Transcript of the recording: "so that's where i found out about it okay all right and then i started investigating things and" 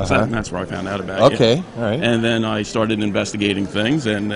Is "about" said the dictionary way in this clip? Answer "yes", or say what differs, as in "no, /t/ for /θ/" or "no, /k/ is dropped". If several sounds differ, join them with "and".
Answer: no, /t/ is dropped